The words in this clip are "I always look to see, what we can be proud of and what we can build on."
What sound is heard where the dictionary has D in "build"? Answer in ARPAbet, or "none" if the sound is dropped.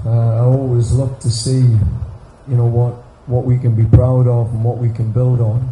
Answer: D